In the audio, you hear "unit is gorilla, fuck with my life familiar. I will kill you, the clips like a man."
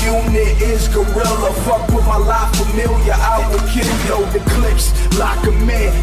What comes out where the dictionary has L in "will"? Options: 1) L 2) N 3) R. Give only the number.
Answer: 2